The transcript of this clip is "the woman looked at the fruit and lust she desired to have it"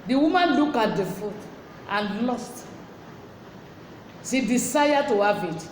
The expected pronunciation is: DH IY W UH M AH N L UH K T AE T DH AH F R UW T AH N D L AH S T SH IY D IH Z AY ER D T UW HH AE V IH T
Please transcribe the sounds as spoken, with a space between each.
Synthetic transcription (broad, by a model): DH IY W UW M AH N L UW K AA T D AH F UW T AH N L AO S T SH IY D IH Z AY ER T UW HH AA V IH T